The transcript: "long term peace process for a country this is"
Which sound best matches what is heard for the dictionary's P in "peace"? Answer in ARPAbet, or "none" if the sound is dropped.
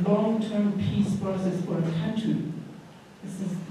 P